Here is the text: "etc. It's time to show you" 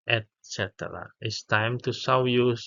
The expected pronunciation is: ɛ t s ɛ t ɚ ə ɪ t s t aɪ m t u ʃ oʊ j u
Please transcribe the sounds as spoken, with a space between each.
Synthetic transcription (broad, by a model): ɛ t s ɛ t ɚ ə ɪ t s t aɪ m t u s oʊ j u